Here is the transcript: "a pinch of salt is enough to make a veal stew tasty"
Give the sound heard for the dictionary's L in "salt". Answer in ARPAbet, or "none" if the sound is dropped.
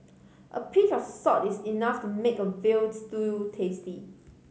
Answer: none